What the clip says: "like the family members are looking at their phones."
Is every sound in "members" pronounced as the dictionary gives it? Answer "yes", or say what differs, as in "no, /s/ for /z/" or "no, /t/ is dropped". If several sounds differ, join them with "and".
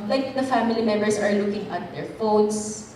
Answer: no, /s/ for /z/